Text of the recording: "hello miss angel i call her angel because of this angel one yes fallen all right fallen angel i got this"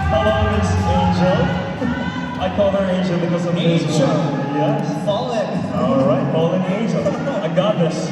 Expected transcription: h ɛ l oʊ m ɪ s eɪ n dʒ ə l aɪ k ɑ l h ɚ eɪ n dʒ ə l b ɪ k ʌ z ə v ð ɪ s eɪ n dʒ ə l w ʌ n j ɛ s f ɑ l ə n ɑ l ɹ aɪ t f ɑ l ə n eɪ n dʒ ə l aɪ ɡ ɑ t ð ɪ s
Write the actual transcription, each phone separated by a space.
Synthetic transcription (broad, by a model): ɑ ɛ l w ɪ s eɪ n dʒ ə l aɪ k ɑ l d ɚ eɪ n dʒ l b ɪ k ʌ z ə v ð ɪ eɪ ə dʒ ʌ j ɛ f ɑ l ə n ɑ l ɹ aɪ t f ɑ l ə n eɪ n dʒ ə l aɪ ɡ ɑ t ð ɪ s